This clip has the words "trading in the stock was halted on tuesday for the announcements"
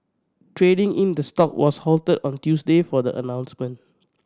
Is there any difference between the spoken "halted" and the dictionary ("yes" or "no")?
no